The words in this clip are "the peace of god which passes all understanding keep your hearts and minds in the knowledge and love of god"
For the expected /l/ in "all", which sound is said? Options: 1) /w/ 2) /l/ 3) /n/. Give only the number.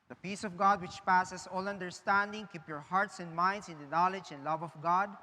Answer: 2